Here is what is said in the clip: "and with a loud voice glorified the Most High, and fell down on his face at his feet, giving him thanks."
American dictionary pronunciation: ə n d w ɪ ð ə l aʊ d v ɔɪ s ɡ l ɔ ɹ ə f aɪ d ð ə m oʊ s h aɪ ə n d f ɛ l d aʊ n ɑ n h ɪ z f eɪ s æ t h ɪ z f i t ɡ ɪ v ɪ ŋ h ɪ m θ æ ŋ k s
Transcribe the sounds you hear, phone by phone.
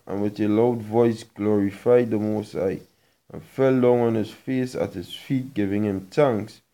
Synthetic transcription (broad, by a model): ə n w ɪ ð ə l aʊ d v ɔɪ s ɡ l ɔ ɹ ə f aɪ d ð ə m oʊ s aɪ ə n f ɛ l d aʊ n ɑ n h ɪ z f eɪ s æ t h ɪ z f i t ɡ ɪ v ɪ ŋ h ɪ m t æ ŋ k s